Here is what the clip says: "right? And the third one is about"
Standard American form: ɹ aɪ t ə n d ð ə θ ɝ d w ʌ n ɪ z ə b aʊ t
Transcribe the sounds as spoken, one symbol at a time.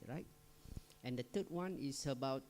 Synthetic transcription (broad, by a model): ɹ aɪ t ə n d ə t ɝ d w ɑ n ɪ s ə b aʊ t